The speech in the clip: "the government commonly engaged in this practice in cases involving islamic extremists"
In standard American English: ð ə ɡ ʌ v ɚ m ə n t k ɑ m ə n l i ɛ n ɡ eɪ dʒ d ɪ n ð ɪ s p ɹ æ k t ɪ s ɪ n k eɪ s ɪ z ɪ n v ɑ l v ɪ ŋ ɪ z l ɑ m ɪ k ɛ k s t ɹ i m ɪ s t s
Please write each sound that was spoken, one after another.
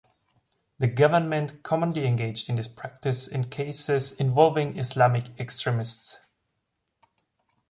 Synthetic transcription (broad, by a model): ð ə ɡ ʌ v ɚ m ə n t k ɑ m ə n l i ɛ n ɡ eɪ dʒ d ɪ n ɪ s p ɹ æ k t ɪ s ɪ n k eɪ s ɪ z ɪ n v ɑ l v ɪ ŋ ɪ s l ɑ m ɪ k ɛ k s t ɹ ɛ m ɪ s t s